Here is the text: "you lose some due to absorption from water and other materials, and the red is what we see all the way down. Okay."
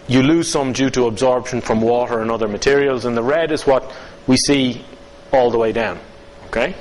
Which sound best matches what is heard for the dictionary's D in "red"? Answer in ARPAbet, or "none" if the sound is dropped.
D